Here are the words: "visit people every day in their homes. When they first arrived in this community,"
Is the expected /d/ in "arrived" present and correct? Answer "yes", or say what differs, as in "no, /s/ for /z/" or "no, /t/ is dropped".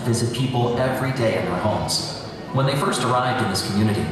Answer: yes